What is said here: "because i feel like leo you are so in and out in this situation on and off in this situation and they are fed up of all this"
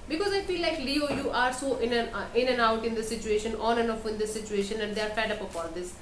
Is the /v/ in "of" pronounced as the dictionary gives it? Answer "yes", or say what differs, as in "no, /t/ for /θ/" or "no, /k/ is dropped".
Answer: no, /p/ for /v/